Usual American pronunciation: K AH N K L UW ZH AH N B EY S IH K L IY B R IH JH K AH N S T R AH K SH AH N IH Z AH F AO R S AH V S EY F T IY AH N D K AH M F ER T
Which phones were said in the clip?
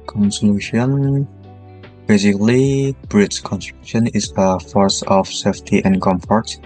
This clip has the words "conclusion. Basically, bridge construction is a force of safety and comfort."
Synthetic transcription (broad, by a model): K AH N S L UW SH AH N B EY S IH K L IY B R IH CH K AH N S T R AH K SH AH N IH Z AH F AO R S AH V S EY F T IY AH N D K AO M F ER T